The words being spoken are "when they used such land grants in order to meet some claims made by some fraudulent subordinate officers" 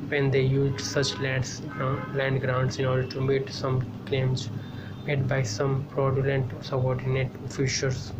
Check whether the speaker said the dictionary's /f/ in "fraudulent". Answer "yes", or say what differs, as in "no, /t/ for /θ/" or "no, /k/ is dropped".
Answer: no, /p/ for /f/